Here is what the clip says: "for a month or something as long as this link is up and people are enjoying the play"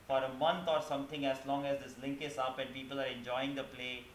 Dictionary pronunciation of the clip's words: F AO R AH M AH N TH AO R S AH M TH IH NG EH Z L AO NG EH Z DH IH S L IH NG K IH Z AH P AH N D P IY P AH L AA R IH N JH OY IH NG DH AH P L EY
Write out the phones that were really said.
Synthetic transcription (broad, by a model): F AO R AH M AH N T AO R S AH M T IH NG EH Z L AO NG EH Z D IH S L IH NG K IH S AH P AH N D P IY P AH L AA R IH N JH OY IH NG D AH P L EY